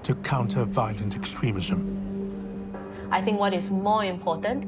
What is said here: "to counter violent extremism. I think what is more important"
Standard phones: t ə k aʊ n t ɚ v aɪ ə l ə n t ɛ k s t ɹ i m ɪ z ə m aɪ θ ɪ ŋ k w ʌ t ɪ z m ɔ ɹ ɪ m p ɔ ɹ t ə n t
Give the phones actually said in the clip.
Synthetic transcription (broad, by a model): t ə k aʊ n t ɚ v aɪ ə l ə n t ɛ k s t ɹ i m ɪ z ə m aɪ θ ɪ ŋ k w ʌ t ɪ z m ɔ ɹ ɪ m p ɔ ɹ t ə n t